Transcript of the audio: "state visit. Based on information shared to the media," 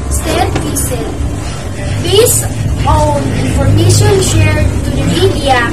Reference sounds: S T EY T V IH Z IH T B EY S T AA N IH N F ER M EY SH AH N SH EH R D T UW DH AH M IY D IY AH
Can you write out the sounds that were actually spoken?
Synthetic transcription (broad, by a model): S T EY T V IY S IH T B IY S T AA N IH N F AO M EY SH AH N SH EH R D T UW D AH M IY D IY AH